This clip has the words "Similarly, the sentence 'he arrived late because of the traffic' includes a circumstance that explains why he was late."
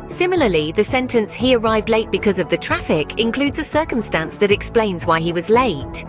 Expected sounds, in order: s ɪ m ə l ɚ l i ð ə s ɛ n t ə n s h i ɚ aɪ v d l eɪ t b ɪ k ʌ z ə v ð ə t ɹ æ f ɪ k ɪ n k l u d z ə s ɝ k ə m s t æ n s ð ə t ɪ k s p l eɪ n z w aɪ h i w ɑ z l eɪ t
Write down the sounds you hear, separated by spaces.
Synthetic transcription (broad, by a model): s ɪ m l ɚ l i ð ə s ɛ n t ə n s h i ɚ aɪ v d l eɪ t b ɪ k ʌ z ə v ð ə t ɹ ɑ f ɪ k ɪ n k l u d z ə s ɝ k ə m s t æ n s ð ə t ɪ k s p l eɪ n z w aɪ i w ɑ z l eɪ t